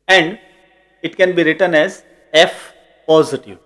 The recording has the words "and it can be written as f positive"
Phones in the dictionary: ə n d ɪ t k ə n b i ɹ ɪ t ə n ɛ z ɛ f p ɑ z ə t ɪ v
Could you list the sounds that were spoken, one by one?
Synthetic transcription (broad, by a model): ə n d ɪ t k ə n b i ɹ ɪ t ə n ɛ z ɛ f p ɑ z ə t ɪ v